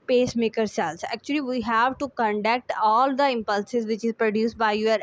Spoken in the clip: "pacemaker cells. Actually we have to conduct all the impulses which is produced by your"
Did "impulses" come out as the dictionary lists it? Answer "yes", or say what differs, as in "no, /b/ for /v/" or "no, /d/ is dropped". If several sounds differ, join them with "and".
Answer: yes